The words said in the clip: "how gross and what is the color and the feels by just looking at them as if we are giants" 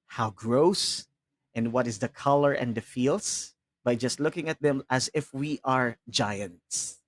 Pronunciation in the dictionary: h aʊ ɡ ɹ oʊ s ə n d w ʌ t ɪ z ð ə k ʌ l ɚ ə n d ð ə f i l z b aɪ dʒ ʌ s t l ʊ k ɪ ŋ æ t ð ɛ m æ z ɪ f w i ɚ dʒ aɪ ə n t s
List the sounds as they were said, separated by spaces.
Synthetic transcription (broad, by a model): h aʊ ɡ ɹ oʊ s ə n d w ʌ t ɪ z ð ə k ʌ l ɚ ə n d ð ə f i l s b aɪ dʒ ʌ s t l ʊ k ɪ ŋ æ t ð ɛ m æ z ɪ f w i ɚ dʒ aɪ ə n t s